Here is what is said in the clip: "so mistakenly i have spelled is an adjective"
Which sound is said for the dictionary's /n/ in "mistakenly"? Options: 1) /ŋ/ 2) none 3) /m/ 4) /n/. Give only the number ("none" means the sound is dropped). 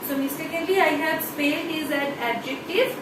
2